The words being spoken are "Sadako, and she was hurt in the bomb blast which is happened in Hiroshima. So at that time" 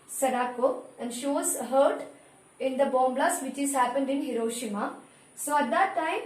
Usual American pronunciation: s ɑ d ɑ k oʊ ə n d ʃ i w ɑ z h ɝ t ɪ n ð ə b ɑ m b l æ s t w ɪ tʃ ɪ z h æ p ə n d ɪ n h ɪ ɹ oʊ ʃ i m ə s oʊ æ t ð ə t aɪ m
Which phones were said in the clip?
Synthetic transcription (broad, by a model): s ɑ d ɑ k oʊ ə n d ʃ i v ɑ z h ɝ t ɪ n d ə b ɑ m b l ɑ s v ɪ tʃ ɪ z h æ p ə n d ɪ n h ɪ ɹ oʊ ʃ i m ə s oʊ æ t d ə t aɪ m